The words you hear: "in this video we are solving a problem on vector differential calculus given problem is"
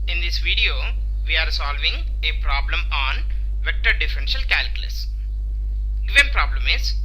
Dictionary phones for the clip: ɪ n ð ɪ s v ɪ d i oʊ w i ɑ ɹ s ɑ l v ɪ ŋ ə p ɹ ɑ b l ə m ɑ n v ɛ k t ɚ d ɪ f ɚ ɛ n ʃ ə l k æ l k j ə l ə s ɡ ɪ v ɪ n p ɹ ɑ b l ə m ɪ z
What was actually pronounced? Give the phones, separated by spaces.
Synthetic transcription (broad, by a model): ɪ n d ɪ s v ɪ d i oʊ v i ɑ ɹ s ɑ l v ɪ ŋ ə p ɹ ɑ b l ə m ɑ n v ɛ k t ɚ d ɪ f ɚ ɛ n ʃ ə l k æ l k j ə l ə s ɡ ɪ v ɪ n p ɹ ɑ b l ə m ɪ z